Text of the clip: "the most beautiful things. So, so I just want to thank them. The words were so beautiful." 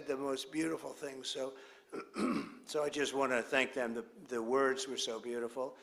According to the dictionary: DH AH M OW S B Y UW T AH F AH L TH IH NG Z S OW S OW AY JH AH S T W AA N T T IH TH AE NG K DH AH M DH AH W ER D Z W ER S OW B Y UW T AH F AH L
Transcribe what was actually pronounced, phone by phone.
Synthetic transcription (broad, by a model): DH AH M OW S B Y UW T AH F L TH IH NG Z S OW S OW AY JH AH S T W AA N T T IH TH AE NG K DH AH M DH AH W ER D Z W ER S OW B Y UW T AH F L